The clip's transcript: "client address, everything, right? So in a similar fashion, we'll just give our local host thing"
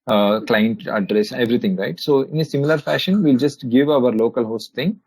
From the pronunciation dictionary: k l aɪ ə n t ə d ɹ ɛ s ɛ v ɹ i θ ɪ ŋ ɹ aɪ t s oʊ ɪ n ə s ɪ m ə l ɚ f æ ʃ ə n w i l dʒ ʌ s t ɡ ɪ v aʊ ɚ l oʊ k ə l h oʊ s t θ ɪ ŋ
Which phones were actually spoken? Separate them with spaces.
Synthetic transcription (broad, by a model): k l aɪ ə n t ə d ɹ ɛ s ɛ v ɹ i t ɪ ŋ ɹ aɪ t s oʊ ɪ n ə s ɪ m ə l ɚ f æ ʃ ə n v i l dʒ ʌ s t ɡ ɪ v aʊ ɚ l oʊ k ə l h oʊ s t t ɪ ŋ